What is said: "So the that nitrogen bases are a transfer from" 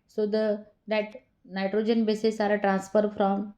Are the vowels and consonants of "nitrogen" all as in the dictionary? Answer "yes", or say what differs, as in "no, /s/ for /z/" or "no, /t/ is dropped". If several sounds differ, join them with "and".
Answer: yes